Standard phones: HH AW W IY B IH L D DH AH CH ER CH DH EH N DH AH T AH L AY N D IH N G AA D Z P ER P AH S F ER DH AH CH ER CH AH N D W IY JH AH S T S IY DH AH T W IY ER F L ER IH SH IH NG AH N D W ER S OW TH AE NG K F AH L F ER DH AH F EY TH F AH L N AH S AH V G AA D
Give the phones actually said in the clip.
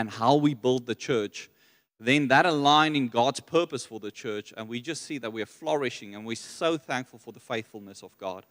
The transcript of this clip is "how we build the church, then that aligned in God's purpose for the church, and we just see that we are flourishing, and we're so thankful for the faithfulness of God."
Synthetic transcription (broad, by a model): HH AW W IY B IH L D DH AH CH ER CH DH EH N DH AH T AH L AY N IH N G AA D Z P ER P AH S F ER DH AH CH ER CH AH N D W IY JH AH S T S IY DH AH T W IY ER F L ER IH SH IH NG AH N W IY S OW TH AE NG K F AH L F ER DH AH F EY TH F AH L N AH S AH V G AA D